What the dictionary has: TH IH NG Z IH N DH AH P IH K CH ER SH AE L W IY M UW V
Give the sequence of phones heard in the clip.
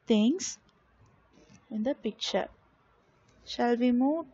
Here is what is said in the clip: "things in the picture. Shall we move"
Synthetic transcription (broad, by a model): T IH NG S IH N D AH P IH K CH ER SH AE L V IY M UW